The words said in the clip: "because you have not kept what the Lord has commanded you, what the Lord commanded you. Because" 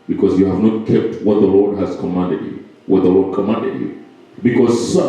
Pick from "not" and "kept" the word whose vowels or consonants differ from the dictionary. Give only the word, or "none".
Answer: none